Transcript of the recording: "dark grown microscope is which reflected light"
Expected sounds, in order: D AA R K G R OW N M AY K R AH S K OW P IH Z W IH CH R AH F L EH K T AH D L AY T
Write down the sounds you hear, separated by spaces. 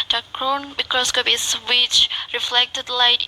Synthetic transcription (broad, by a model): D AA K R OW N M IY K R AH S K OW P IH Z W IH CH R AH F L EH K T AH D L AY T